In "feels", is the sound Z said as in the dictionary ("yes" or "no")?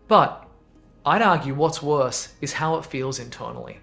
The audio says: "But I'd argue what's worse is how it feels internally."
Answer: yes